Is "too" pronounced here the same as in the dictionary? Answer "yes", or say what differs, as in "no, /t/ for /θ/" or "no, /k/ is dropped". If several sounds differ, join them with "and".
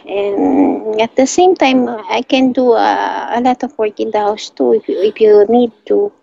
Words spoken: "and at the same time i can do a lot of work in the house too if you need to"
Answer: yes